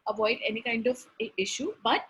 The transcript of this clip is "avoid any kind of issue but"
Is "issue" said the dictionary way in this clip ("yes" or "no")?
yes